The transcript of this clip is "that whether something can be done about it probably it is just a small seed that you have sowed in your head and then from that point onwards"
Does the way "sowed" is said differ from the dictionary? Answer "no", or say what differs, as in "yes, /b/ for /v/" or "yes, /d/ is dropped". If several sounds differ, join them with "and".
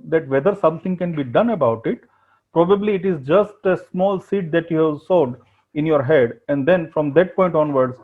no